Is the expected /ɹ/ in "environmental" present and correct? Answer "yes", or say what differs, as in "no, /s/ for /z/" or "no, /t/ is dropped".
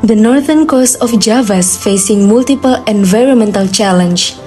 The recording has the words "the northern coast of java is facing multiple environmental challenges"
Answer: yes